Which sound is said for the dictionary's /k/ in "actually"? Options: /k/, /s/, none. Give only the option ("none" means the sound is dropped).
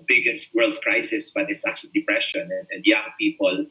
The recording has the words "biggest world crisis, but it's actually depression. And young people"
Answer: none